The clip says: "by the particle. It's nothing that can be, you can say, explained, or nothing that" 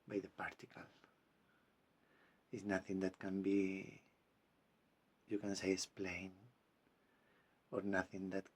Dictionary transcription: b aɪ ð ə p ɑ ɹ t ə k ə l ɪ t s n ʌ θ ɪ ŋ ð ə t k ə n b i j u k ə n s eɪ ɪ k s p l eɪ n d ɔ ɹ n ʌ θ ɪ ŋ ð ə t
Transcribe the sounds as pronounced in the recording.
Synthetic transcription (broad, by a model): b aɪ ð ə p ɑ ɹ t ə k ə l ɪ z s n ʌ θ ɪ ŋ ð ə t k ə n b i j u k ə n s eɪ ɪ s p l eɪ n ɔ ɹ n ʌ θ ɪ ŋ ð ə t